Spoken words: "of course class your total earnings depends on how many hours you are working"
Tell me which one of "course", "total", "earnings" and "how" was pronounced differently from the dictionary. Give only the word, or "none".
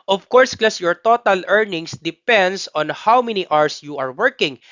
earnings